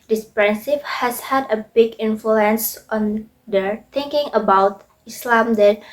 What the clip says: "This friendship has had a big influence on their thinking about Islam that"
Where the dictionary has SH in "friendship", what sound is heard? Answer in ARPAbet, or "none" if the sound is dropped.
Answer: S